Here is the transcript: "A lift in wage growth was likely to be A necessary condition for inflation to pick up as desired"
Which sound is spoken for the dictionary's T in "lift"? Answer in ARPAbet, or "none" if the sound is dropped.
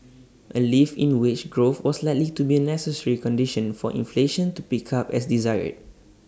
none